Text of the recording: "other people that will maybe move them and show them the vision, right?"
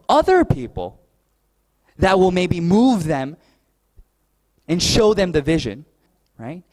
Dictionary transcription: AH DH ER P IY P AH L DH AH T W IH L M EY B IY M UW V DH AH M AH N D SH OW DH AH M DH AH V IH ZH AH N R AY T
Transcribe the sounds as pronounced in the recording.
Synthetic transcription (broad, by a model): AH DH ER P IY P L DH AH T W IH L M EY B IY M UW V DH AH M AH N SH OW DH AH M DH AH V IH ZH AH N R AY T